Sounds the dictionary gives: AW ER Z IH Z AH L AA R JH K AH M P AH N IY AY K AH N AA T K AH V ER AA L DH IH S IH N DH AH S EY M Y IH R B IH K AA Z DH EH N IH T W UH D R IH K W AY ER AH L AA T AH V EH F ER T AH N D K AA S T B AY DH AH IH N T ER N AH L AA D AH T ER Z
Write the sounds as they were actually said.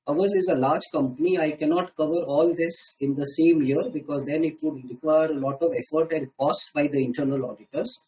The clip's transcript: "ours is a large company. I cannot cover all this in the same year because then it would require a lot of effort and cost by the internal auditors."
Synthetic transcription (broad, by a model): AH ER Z IH Z AH L AA R JH K AH M P AH N IY AY K AH N AA T K AH V ER AA L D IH S IH N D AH S EY M Y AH R B IH K AA Z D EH N IH T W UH D R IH K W AY ER AH L AA T AH V EH F ER T AH N D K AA S T B AY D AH IH N T ER N AH L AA D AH T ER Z